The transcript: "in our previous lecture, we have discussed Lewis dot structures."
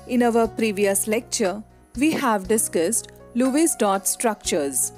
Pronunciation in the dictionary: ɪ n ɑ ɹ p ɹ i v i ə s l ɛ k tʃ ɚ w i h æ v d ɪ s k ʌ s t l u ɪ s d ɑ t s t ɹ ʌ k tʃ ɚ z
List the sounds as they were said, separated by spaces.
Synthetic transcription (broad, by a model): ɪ n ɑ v p ɹ i v i ə s l ɛ k tʃ ɚ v i h æ v d ɪ s k ʌ s t l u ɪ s d ɑ t s t ɹ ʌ k tʃ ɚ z